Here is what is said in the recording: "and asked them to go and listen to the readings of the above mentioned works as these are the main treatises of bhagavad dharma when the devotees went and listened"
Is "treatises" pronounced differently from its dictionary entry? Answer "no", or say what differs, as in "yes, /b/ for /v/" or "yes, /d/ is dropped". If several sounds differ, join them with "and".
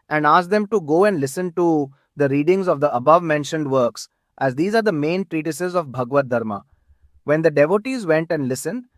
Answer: no